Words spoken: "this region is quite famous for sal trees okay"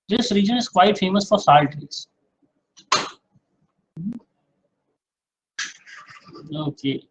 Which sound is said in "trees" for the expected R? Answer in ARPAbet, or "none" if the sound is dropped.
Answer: none